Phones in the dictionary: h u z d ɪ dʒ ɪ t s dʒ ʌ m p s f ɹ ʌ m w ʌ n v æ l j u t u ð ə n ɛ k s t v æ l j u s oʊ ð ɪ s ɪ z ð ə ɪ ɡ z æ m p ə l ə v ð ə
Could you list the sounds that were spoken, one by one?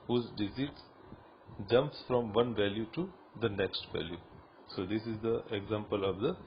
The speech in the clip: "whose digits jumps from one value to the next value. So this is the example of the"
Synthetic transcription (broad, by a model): h u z d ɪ z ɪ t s dʒ ʌ m p s f ɹ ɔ m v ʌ n v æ l j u t u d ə n ɛ k s t v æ l j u s oʊ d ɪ s ɪ z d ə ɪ ɡ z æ m p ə l ə v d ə